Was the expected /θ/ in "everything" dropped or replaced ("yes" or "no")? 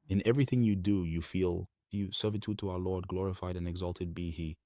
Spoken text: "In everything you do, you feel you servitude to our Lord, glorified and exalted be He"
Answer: no